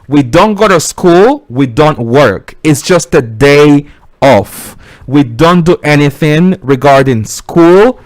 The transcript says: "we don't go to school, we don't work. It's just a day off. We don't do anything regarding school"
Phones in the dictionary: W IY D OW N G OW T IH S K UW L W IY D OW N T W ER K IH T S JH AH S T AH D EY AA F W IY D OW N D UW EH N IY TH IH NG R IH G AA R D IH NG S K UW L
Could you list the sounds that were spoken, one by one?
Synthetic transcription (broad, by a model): W IY D OW N G OW T IH S K UW L W IY D OW N T W ER K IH T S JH AH S T AH D EY AA F W IY D OW N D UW EH N IY TH IH NG R IH G AA R D IH NG S K UW L